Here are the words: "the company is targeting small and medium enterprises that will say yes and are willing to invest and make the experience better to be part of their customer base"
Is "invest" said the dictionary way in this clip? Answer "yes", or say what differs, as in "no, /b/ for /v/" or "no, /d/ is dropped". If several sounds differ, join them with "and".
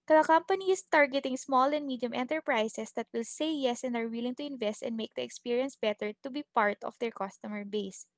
yes